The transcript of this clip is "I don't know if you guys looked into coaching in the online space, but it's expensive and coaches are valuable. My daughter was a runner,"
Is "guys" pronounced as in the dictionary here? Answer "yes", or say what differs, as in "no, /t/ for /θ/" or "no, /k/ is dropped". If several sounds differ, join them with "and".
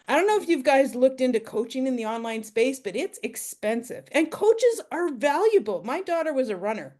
yes